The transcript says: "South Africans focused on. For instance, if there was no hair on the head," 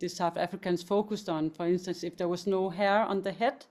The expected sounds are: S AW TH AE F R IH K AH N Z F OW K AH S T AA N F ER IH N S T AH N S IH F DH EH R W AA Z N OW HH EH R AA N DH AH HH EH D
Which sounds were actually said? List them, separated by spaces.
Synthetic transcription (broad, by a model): S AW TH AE F R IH K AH N S F OW K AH S AA N F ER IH N S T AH N S IH F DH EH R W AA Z N OW HH EH R AA N DH AH HH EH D